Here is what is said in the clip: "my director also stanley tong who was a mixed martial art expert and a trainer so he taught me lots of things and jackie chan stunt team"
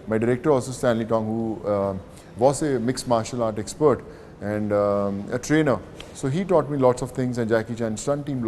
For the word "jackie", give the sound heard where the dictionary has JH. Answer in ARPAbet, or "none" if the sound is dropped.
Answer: JH